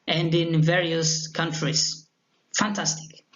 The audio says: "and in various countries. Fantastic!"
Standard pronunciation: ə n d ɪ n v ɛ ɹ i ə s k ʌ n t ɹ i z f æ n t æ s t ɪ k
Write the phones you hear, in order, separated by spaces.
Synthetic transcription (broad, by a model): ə n d ɪ n v ɛ ɹ i ə s k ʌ n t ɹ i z f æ n t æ s t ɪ k